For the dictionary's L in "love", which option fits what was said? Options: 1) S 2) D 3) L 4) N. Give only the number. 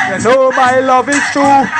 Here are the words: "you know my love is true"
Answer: 3